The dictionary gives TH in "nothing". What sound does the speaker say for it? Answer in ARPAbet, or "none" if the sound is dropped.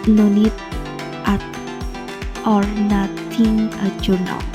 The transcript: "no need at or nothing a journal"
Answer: T